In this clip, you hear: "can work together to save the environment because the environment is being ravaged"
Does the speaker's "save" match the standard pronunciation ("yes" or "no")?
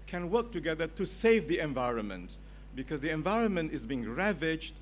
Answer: yes